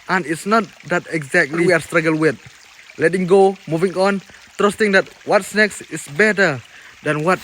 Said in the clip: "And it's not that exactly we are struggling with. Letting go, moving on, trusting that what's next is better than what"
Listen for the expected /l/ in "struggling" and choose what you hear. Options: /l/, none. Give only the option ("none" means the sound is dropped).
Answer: none